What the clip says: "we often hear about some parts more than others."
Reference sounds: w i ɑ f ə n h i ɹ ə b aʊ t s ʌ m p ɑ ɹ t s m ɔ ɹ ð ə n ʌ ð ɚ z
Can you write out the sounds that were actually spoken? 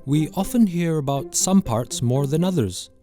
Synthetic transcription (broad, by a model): w i ɑ f ə n h i ɹ ə b aʊ t s ʌ m p ɑ ɹ t s m ɔ ɹ ð ə n ʌ ð ɚ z